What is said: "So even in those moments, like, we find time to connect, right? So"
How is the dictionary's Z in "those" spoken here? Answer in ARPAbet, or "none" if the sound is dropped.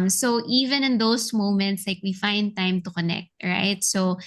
S